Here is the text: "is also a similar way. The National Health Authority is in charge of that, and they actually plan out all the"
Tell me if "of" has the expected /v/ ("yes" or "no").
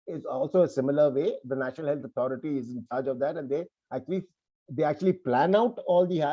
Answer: yes